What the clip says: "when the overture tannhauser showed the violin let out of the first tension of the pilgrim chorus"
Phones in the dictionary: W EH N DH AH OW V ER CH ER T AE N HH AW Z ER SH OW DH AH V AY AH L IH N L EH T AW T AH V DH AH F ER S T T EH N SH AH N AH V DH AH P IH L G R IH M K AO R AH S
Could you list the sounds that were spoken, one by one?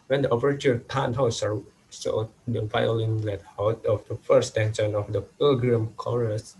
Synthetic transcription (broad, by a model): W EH N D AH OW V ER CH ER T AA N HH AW S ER S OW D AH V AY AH L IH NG L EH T AW T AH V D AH F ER S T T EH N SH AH N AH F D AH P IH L G R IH M K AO R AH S